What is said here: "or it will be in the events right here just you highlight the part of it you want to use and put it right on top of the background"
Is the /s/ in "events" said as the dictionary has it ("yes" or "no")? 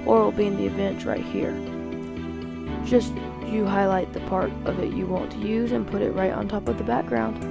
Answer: no